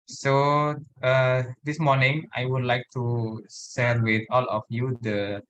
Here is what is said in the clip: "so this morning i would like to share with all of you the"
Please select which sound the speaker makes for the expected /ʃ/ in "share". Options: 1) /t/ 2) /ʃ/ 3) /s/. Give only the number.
3